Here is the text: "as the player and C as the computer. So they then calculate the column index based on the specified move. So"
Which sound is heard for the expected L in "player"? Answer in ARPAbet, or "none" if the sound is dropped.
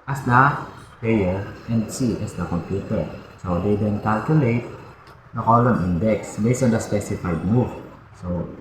none